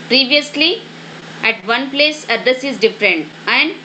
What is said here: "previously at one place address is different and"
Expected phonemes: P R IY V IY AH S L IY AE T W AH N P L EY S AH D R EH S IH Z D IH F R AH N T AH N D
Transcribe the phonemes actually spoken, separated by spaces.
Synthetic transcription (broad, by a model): P R IY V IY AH S L IY AE T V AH N P L EY S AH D AH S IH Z D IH F R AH N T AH N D